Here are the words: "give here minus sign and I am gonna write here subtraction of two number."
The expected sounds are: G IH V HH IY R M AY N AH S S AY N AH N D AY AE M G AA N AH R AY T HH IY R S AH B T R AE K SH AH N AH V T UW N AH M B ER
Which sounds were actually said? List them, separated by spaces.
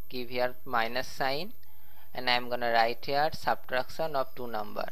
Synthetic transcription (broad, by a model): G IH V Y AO R M AY N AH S S AY N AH N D AY M G AA N AH R AY T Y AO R S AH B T R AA K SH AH N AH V T UW N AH M B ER